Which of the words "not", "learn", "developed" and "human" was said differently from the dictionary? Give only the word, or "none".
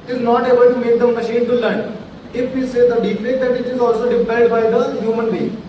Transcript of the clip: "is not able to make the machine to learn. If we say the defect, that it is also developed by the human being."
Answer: developed